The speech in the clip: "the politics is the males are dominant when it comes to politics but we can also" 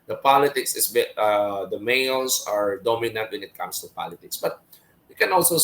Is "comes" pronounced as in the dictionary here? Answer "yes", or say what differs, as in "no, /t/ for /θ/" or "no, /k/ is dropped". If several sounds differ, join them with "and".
no, /s/ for /z/